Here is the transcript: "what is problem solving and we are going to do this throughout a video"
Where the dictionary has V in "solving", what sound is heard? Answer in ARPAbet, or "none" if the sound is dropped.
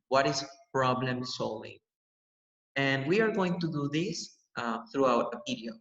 none